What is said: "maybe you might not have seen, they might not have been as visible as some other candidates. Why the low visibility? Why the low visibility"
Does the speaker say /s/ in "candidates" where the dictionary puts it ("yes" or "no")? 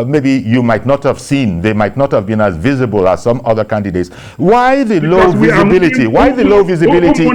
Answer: yes